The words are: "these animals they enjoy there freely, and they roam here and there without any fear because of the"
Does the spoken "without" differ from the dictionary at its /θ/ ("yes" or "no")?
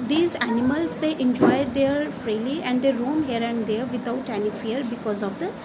yes